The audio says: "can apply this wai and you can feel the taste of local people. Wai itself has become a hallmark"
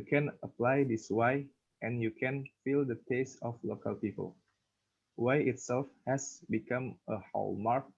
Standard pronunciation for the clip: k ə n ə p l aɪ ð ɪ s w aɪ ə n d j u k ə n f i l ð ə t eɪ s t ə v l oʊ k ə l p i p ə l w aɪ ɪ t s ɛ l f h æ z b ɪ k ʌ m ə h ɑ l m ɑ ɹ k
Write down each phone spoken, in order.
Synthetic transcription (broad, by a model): k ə n ə p l aɪ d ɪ s w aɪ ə n j u k ə n f i l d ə t eɪ s t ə f l oʊ k ə l p i p ə l w aɪ ɪ t s ɛ l f h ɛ s b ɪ k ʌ m ə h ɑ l m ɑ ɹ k